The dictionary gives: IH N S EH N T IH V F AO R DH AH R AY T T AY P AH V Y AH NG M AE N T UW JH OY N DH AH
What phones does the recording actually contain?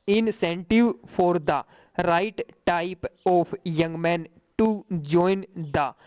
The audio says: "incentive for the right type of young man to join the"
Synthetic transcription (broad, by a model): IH N S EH N T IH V P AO R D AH R AY T T AY P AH P Y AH NG M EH N T UW JH OY N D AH